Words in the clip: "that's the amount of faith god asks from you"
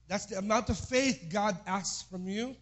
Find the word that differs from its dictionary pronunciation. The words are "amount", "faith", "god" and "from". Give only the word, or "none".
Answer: none